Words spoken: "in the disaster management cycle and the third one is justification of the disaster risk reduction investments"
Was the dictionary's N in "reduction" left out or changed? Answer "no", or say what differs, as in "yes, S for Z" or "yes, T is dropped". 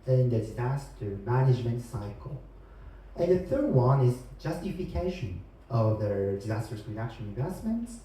yes, L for N